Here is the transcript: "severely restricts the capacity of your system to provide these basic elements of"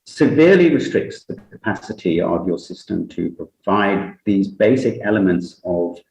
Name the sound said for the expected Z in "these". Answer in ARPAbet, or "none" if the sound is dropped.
Z